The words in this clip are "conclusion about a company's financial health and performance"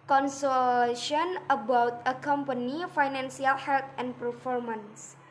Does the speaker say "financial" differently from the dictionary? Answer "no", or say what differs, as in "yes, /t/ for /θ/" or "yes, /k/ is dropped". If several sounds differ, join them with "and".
yes, /s/ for /ʃ/